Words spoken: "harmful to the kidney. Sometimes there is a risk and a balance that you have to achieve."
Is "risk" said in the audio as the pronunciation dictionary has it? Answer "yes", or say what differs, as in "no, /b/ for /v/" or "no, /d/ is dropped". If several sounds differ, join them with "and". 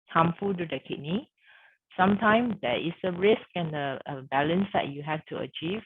yes